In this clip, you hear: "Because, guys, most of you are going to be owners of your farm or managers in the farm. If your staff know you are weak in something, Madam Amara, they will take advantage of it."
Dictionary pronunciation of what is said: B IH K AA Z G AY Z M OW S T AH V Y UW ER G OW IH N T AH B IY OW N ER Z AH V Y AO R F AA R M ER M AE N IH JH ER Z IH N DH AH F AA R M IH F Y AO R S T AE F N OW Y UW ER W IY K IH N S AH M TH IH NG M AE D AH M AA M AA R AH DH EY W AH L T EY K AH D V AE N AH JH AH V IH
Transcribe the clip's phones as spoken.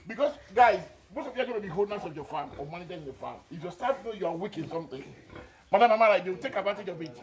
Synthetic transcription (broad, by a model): B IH K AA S G AY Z M OW S T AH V Y UW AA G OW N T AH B IY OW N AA S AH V Y AO F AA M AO M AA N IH JH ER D IH N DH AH F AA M IH F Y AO S T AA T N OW Y UW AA W IY K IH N S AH M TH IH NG M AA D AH M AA M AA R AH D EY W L T EY K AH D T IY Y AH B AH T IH